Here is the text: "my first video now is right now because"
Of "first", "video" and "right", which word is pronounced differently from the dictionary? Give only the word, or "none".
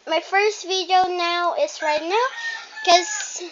none